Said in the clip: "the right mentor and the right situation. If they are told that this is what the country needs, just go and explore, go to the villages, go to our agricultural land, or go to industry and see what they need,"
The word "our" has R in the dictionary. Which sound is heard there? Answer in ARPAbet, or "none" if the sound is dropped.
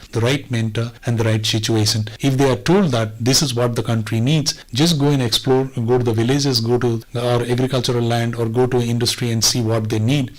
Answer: R